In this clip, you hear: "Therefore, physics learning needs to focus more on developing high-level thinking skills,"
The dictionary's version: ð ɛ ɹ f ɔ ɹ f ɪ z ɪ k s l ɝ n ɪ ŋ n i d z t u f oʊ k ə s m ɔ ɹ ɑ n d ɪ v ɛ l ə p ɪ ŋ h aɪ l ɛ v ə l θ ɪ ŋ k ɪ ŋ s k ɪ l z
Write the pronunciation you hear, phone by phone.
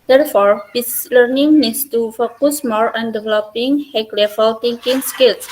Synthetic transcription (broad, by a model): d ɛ ɹ f ɔ ɹ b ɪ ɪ s l ɝ n ɪ ŋ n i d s t u f oʊ k ə s m ɔ ɹ ɑ n d ɪ v ɛ l ə p ɪ ŋ h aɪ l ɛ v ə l t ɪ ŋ k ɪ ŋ s k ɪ l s